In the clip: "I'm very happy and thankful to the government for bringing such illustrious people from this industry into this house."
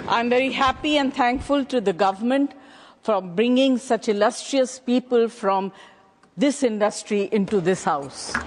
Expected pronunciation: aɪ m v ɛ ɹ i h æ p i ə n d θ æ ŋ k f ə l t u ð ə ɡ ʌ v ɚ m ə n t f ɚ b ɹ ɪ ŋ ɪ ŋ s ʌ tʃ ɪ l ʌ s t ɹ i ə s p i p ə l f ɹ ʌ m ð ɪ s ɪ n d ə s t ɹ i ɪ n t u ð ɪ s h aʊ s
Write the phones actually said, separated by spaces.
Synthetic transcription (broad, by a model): aɪ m v ɛ ɹ i h æ p i ə n d t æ ŋ k f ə l t u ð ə ɡ ʌ v ɚ m ə n t f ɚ b ɹ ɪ ŋ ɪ ŋ s ʌ tʃ ɪ l ʌ s t ɹ i ə s p i p ə l f ɹ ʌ m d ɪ s ɪ n d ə s t ɹ i ɪ n t u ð ɪ s h aʊ s